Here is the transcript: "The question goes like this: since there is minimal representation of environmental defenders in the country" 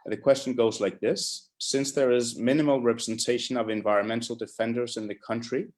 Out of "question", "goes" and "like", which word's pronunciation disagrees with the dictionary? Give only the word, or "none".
none